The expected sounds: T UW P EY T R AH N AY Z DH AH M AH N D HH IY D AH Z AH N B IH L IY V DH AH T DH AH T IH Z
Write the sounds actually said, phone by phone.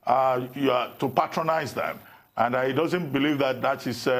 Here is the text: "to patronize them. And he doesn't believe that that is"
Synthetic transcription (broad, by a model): T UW P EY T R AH N AY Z DH AH M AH N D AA D AH Z AH N B IH L IY V DH AH T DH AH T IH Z